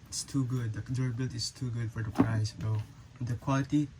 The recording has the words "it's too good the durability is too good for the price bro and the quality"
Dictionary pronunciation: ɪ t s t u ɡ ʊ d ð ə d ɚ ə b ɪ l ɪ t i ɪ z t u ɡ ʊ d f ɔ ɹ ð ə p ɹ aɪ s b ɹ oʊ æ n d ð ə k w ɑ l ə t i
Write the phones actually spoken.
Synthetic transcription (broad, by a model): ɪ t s t u ɡ ʊ d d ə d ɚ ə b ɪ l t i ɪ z t u ɡ ʊ d f ɔ ɹ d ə p ɹ aɪ s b oʊ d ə k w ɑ l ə t i